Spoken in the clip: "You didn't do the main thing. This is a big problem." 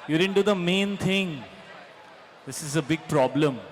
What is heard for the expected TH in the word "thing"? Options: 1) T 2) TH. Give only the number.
1